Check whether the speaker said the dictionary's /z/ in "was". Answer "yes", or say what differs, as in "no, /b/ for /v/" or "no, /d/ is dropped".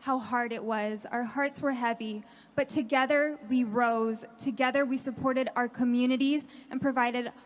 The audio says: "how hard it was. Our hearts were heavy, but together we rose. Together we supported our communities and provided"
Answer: yes